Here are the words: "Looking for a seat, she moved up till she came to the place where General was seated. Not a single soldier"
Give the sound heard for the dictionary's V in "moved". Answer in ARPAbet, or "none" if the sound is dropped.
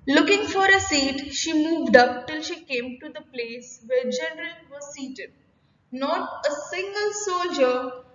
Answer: V